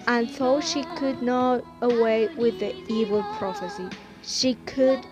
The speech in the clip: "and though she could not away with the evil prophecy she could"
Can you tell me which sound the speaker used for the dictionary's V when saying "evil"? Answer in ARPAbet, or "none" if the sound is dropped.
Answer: V